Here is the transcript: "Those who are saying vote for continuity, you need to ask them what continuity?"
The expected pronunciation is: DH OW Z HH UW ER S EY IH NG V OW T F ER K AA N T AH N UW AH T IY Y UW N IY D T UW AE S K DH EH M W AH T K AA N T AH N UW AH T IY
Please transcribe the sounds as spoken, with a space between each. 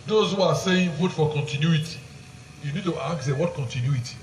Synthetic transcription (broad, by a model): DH OW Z HH UW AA S EY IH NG F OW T F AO K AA N T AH N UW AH T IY Y UW N IY D T UW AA K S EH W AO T K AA N T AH N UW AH T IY